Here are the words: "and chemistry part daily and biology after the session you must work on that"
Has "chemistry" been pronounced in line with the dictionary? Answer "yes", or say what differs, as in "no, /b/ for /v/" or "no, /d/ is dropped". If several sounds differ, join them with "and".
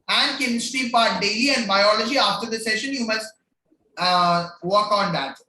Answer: no, /ɹ/ is dropped